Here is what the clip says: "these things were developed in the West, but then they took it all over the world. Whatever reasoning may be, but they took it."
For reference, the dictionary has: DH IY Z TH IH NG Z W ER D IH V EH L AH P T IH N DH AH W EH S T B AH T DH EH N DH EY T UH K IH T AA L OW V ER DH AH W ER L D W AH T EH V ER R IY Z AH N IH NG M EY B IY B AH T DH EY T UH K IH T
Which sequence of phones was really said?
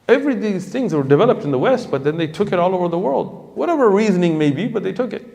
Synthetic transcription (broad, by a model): DH IY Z TH IH NG Z W ER D IH V EH L AH P T N DH AH W EH S T B AH T DH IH N DH EY T UH K IH T AA L OW V ER DH AH W ER L D W AH T EH V ER R IY Z AH N IH NG M EY B IY B AH T DH EY T UH K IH T